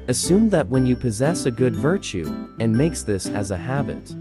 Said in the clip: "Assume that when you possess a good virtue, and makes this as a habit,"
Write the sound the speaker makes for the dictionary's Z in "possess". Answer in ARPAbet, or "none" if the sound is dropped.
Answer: Z